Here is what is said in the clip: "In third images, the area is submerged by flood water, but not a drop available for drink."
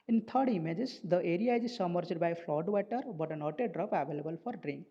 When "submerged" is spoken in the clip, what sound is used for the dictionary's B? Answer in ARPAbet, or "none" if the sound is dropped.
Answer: none